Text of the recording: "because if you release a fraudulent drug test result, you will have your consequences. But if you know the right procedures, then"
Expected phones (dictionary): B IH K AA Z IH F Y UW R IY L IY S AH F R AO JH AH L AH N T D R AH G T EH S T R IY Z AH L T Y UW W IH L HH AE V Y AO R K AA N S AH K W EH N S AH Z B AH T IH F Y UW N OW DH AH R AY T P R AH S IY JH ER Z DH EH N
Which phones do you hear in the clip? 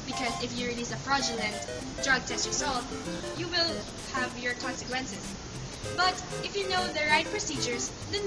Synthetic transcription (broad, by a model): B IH K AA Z IH F Y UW R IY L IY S AH F R AO JH AH L AH N T D R AH G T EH S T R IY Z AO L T Y UW W IH L HH AE V Y AO R K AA N S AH K W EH N S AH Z B AH T IH F Y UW N OW DH AH R AY T P R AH S IY JH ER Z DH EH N